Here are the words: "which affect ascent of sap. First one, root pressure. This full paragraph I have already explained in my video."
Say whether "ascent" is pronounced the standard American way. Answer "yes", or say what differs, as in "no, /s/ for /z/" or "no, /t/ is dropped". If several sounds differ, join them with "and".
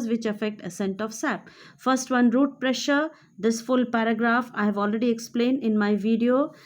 yes